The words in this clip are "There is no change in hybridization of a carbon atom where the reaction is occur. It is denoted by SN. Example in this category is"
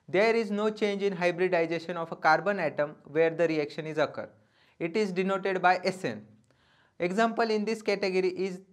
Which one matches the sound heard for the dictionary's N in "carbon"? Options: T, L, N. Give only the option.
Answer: N